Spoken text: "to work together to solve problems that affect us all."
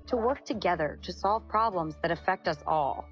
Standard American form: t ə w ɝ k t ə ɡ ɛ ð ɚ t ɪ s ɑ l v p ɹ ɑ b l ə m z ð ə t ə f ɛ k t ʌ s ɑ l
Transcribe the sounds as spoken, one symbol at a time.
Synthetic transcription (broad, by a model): t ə w ɝ k t ə ɡ ɛ ð ɚ t ɪ s ɑ l v p ɹ ɑ b l ə m z ð ə t ə f ɛ k t ʌ s ɑ l